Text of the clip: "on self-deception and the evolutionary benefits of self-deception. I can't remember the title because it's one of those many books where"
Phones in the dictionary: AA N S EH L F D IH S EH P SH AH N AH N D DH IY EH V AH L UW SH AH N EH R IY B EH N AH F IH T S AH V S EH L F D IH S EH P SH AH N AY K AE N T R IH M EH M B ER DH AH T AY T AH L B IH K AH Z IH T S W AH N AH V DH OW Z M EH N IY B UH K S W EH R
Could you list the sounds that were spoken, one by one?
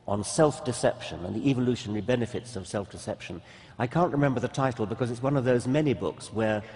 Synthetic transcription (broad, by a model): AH N S EH L F D IH S EH P SH AH N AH N DH IY EH V AH L UW SH AH N EH R IY B EH N AH F IH T S AH V S EH L F D IH S EH P SH AH N AY K AE N T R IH M EH M B ER DH AH T AY T L B IH K AH Z IH T S W AH N AH V DH OW Z M EH N IY B UH K S W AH R